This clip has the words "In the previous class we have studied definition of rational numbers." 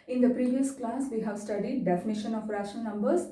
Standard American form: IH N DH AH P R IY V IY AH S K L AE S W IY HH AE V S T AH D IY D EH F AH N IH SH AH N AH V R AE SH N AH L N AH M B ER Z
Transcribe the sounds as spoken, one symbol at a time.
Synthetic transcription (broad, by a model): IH N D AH P R IY V IY AH S K L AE S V IY HH AE V S T AH D IY D EH F AH N IH SH AH N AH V R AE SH AH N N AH M B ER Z